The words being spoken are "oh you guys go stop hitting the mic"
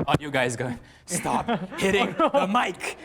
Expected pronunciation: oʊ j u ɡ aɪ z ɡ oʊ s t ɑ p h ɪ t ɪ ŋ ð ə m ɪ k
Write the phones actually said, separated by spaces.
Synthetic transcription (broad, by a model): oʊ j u ɡ aɪ z ɡ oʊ s t ɑ p h ɪ t ɪ ŋ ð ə m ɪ k